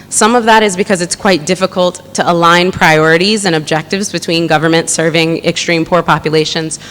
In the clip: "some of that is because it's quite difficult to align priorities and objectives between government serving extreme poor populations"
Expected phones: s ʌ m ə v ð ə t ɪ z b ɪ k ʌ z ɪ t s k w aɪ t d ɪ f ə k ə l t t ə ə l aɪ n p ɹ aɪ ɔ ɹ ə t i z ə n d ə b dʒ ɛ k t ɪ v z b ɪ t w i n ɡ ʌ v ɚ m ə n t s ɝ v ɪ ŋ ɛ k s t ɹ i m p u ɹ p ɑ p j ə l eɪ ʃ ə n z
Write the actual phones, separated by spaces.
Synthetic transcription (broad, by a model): s ʌ m ə v ð ə t ɪ z b ɪ k ʌ z ɪ t s k w aɪ t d ɪ f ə k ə l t t ə ə l aɪ n p ɹ aɪ ɔ ɹ ə t i z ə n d ə b dʒ ɛ k t ɪ v z b ɪ t w i n ɡ ʌ v ɚ m ə n t s ɝ v ɪ ŋ ɛ k s t ɹ i m p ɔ ɹ p ɑ p j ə l eɪ ʃ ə n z